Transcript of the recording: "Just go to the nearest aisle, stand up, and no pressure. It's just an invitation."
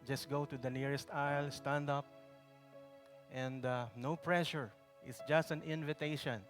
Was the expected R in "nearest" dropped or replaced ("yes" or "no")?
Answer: no